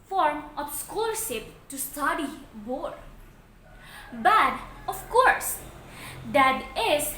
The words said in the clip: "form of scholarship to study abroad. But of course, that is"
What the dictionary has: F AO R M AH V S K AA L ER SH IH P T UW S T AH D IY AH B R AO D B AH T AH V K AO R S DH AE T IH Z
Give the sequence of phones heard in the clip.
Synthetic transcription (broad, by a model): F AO R M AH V S K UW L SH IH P T UW S T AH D IY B AO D B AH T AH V K AO R S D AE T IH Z